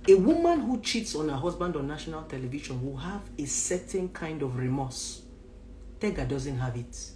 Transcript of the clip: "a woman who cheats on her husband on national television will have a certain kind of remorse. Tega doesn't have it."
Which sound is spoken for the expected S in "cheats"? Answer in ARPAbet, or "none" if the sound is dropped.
S